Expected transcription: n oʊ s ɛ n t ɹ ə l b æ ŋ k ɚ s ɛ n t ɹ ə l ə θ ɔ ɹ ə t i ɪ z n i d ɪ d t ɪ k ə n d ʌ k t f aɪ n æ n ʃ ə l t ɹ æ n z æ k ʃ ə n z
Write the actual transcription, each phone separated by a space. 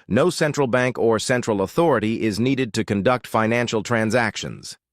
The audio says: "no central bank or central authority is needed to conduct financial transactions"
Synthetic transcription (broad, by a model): n oʊ s ɛ n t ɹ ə l b æ ŋ k ɚ s ɛ n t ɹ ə l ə θ ɔ ɹ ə t i ɪ z n i d ɪ d t ɪ k ə n d ʌ k t f aɪ n æ n ʃ l t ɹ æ n z æ k ʃ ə n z